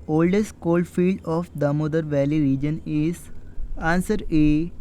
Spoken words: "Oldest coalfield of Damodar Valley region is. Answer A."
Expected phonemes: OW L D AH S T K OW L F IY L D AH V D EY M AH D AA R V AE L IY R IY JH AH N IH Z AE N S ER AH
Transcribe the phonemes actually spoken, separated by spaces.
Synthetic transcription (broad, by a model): OW L D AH S T K OW L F IY L D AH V D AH M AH D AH R V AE L IY R IY JH AH N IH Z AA N S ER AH